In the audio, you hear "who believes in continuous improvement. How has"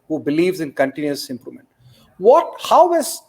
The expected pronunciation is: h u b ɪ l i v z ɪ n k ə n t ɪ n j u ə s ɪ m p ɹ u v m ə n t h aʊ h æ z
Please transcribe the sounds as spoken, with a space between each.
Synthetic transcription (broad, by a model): h u b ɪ l i v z ɪ n k ə n t ɪ n j u ə s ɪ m p ɹ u m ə n t h aʊ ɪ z